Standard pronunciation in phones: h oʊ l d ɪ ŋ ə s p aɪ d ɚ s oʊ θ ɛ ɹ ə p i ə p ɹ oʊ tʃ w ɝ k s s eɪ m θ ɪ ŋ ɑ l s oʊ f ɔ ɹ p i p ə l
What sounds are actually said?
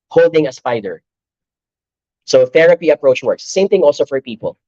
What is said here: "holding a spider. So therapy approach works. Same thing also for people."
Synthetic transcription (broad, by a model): h oʊ l d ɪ ŋ ə s p aɪ d ɚ s oʊ θ ɛ ɹ ə p i ə p ɹ oʊ tʃ w ɝ k s s eɪ m θ ɪ ŋ ɑ l s oʊ f ɔ ɹ p i p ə l